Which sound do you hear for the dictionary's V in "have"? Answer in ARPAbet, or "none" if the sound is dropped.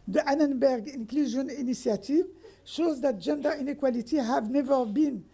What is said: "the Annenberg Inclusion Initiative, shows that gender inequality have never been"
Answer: V